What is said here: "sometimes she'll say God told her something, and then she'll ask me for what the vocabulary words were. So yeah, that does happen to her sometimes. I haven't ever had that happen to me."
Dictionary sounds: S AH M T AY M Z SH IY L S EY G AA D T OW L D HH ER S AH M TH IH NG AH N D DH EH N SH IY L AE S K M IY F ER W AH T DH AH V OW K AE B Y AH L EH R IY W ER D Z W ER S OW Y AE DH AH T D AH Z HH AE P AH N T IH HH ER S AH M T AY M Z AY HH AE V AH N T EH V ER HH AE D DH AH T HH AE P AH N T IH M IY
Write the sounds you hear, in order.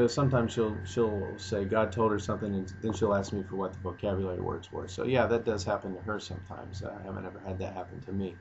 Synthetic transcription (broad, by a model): S AH M T AY M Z SH IY L S EY G AA D T OW L D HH ER S AH M TH IH NG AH N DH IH N SH IY L AE S K M IY F ER W AH T DH AH V OW K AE B Y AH L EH R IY W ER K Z W ER S OW Y AE DH AH T D AH Z HH AE P AH N T IH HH ER S AH M T AY M Z AY HH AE V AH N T EH V ER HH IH D DH AH T HH AE P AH N T IH M IY